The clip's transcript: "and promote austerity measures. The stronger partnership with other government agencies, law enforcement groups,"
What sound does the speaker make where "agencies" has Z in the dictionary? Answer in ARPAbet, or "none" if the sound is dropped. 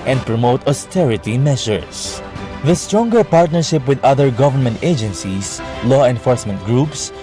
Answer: S